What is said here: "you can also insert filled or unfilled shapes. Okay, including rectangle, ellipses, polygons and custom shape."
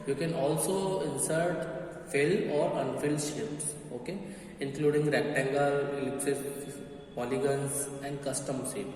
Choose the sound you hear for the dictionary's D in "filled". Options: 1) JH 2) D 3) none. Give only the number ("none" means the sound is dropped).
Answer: 3